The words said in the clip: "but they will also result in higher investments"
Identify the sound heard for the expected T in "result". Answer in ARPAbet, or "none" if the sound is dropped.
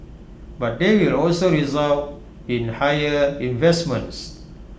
none